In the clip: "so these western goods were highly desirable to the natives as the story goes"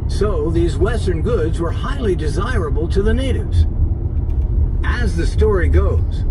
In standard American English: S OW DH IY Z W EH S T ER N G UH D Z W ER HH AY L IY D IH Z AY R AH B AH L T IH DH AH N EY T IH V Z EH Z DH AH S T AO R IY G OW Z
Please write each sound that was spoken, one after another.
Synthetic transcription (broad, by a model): S OW DH IY Z W EH S T ER N G UH D Z W ER HH AY L IY D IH Z AY R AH B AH L T IH DH AH N EY T IH V Z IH Z DH AH S T AO R IY G OW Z